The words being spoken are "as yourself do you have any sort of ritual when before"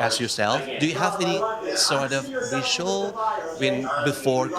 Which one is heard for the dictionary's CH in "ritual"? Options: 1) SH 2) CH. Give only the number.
1